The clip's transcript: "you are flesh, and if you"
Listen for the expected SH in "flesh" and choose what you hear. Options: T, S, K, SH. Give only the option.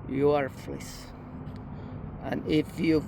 S